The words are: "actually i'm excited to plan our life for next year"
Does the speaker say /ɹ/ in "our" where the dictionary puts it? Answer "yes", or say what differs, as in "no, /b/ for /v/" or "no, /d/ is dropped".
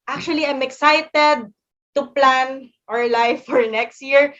yes